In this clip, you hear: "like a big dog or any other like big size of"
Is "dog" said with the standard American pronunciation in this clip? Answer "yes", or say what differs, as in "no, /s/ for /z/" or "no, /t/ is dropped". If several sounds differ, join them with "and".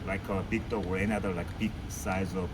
no, /ɡ/ is dropped